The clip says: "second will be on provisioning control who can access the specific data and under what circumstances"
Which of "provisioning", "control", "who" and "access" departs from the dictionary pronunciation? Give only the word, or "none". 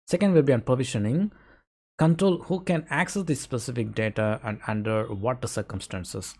provisioning